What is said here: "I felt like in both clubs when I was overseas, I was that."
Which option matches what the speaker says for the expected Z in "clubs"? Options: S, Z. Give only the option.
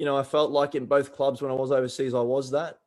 Z